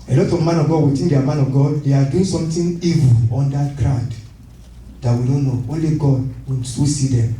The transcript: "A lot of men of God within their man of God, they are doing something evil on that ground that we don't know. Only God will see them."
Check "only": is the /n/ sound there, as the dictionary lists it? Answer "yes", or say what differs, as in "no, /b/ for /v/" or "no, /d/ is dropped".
yes